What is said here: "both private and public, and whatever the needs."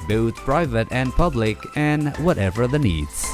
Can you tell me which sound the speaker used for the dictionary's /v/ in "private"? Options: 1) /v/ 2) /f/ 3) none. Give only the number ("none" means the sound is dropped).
1